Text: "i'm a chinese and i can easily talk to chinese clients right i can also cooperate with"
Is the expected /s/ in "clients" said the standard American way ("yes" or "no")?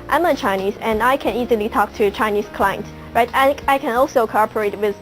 no